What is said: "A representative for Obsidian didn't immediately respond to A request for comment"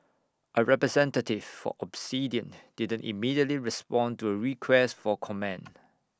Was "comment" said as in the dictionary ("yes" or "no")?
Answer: no